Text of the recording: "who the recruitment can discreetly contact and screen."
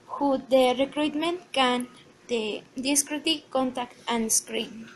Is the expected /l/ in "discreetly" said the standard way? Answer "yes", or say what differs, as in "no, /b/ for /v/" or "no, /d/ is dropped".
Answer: no, /l/ is dropped